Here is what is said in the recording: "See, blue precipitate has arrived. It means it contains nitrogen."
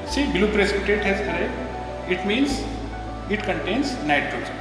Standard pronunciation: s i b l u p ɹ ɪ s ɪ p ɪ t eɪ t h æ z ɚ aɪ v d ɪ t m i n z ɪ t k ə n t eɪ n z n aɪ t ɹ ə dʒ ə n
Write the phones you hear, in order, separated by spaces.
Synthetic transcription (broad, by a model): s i b l u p ɹ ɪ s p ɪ t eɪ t h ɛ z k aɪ d ɪ t m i n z ɪ t k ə n t eɪ n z n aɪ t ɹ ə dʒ